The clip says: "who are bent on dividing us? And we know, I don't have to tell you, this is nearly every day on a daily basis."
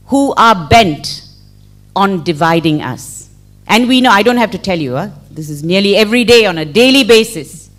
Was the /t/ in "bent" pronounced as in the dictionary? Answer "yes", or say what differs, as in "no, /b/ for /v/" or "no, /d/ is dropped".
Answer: yes